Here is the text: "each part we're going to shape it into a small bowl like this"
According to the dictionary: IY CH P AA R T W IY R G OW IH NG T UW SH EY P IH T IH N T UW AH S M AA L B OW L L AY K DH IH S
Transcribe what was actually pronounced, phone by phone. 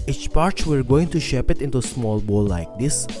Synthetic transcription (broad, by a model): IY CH P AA R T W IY R G OW IH NG T UW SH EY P IH T IH N T UW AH S M AA L B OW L L AY K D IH S